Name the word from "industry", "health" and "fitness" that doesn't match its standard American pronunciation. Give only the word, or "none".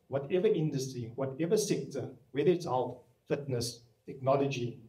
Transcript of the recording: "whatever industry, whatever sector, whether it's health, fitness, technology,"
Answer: health